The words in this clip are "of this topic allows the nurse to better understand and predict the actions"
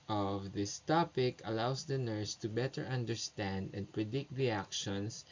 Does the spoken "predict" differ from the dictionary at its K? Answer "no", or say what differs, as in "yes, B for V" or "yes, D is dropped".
no